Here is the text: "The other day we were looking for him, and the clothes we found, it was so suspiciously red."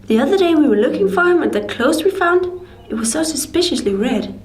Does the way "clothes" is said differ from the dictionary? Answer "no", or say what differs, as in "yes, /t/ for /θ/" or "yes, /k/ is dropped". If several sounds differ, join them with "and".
yes, /s/ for /z/